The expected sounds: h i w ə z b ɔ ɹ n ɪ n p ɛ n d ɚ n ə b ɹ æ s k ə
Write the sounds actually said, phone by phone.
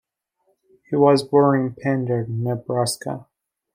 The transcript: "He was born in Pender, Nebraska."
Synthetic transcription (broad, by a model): h i w ə z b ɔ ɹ ɪ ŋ p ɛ n d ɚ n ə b ɹ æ s k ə